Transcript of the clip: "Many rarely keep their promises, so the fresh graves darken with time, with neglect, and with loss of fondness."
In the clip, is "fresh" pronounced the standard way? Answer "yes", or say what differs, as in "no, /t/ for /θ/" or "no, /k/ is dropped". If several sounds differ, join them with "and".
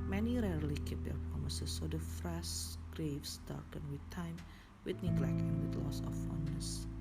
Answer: no, /s/ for /ʃ/